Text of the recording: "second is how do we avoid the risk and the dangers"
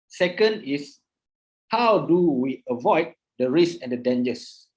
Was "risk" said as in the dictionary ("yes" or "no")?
no